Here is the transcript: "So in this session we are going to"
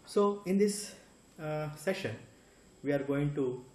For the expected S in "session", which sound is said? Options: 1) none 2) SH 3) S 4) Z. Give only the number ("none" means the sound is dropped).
3